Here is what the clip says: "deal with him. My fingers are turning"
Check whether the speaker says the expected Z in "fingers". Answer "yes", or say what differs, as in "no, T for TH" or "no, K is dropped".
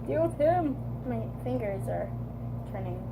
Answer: yes